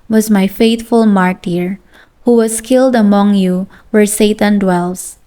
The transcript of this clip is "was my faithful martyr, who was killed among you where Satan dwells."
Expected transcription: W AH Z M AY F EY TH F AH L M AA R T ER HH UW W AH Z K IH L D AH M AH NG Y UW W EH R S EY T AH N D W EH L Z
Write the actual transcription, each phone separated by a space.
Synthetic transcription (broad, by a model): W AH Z M AY F EY T F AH L M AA R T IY HH UW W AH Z K IH L D AH M AH NG Y UW W EH R S EY T AH N D W EH L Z